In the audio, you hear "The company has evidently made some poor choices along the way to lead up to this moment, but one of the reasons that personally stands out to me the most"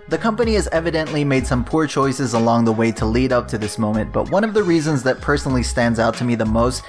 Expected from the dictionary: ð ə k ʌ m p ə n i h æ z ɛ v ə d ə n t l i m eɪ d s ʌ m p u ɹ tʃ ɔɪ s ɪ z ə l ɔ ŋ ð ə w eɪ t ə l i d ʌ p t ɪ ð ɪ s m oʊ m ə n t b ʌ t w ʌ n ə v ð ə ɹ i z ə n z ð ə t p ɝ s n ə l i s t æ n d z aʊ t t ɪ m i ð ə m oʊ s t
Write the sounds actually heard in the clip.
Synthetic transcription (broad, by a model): ð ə k ʌ m p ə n i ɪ z ɛ v ə d ə n t l i m eɪ d s ʌ m p u ɹ tʃ ɔɪ s ɪ z ə l ɔ ŋ ð ə w eɪ t ə l i d ʌ p t ɪ ð ɪ s m oʊ m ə n b ʌ t w ʌ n ə v ð ə ɹ i z ə n z ð ə t p ɝ s n l i s t æ n d z aʊ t t ɪ m i ð ə m oʊ s t